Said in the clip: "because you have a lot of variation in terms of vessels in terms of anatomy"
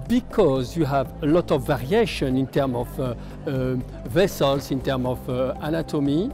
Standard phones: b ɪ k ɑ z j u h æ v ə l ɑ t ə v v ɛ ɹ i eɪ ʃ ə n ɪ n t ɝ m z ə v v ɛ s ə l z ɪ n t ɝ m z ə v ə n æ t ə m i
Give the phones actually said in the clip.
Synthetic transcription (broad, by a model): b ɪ k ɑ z j u h æ v ə l ɑ t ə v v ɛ ɹ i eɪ ʃ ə n ɪ n t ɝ m ə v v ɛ s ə l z ɪ n t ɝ m ə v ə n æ t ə m i